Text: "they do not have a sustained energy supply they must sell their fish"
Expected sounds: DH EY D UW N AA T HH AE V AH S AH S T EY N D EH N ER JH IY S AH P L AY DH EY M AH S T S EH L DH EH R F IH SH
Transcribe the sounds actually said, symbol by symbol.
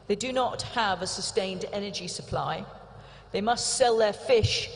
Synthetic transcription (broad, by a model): DH EY D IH N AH T HH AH V AH S AH S T EY N D EH N ER JH IY S AH P L AY DH EY M AH S T S EH L DH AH R F IH SH